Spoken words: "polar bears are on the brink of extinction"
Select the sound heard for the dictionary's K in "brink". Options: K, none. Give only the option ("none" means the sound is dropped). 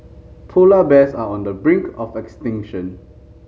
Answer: K